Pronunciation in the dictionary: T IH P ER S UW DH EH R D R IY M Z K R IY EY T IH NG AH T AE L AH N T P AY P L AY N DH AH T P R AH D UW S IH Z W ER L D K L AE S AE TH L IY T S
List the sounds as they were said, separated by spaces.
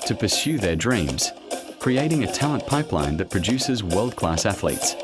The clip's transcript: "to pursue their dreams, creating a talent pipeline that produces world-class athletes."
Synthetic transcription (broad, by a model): T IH P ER S UW DH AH R D R IY M Z K R IY EY T IH NG AH T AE L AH N P AY P L AY N DH AH T P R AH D UW S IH Z W ER L D K L AE S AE TH L IY T S